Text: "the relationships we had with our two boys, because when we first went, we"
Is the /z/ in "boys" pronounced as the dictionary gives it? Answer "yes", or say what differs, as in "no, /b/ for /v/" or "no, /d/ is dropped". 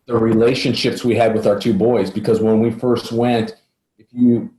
yes